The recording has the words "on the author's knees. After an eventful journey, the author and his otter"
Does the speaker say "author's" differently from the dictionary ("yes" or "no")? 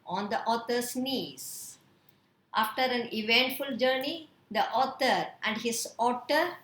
yes